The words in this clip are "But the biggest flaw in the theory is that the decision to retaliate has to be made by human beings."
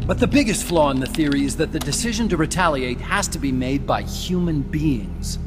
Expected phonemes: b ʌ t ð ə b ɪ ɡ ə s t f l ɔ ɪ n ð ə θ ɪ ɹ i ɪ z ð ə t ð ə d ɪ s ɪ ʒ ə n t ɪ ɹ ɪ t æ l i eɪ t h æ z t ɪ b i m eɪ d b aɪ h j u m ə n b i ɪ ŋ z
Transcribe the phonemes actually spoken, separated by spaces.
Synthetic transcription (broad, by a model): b ʌ t ð ə b ɪ ɡ ə s t f l ɔ ɪ n ð ə θ ɪ ɹ i ɪ z ð ə t ð ə d ɪ s ɪ ʒ ə n t ɪ ɹ ɪ t æ l i eɪ t h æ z t ɪ b i m eɪ d b aɪ h j u m ə n b i ɪ ŋ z